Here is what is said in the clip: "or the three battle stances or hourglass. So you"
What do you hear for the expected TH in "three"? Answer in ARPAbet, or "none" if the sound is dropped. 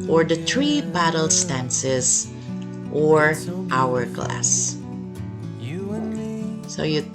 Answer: T